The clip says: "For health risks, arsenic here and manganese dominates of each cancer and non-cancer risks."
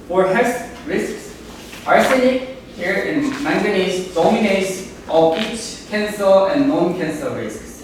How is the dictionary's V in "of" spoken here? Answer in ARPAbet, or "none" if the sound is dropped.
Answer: P